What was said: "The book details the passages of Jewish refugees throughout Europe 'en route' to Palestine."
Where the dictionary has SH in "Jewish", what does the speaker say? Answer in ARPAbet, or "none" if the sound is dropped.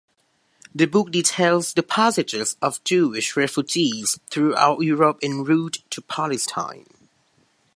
SH